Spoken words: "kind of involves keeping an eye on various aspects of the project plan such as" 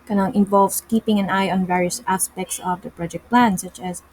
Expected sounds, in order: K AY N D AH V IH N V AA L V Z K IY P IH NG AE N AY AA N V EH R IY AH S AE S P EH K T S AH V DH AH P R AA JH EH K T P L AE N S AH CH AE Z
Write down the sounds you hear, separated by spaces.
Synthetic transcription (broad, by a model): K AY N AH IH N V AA L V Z K IY P IH NG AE N AY AA N V EH R IY AH S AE S P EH K T S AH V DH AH P R AA JH EH K T P L AE N S AH CH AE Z